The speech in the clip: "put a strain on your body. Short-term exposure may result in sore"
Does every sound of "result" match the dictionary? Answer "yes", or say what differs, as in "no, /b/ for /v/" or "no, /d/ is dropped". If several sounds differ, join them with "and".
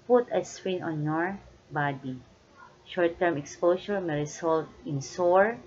no, /s/ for /z/